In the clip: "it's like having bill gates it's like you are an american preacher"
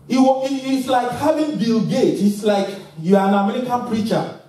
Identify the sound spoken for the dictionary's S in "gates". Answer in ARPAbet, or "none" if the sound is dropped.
none